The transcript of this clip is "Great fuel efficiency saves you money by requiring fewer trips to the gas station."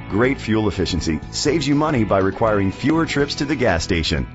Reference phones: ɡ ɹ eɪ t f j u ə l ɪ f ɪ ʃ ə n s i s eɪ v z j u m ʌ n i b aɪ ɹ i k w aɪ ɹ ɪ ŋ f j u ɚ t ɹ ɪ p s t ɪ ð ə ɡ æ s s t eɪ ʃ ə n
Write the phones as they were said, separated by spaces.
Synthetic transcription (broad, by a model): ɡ ɹ eɪ t f j u l ɪ f ɪ ʃ ə n s i s eɪ v z j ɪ m ʌ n i b aɪ ɹ i k w aɪ ɹ ɪ ŋ f j u ɚ t ɹ ɪ p s t ɪ ð ə ɡ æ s s t eɪ ʃ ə n